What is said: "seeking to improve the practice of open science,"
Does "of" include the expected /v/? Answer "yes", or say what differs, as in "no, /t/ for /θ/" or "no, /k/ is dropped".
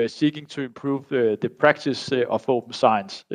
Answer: no, /f/ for /v/